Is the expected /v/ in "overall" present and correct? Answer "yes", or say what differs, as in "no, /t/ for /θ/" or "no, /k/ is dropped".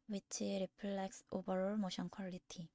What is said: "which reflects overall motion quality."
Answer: no, /b/ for /v/